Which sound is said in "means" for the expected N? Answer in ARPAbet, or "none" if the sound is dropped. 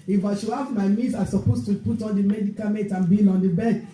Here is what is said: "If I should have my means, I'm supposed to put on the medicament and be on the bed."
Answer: none